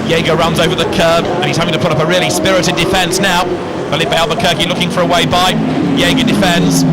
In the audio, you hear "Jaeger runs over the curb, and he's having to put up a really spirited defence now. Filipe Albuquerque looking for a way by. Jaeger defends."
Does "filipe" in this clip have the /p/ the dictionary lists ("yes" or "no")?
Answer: no